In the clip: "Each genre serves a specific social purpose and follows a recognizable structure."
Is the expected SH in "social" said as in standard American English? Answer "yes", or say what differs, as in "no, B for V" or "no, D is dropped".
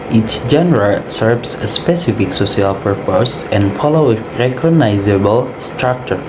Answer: no, S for SH